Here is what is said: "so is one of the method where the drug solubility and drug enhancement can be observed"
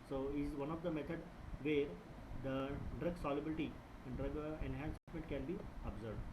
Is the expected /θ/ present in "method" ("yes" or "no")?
no